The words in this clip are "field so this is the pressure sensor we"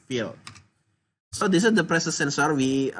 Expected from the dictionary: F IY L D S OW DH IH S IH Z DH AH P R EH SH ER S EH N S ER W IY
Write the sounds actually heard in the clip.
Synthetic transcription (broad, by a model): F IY L S OW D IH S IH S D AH P R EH S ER S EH N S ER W IY